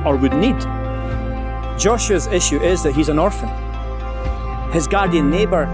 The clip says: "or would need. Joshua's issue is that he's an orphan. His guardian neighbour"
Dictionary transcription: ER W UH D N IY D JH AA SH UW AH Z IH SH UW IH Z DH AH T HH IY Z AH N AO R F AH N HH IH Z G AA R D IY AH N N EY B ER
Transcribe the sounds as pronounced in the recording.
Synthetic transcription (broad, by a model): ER W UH D N IY D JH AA SH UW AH Z IH SH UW IH Z DH AH T HH IY Z AH N AO R F AH N HH IH Z G AA R D IY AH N N EY B ER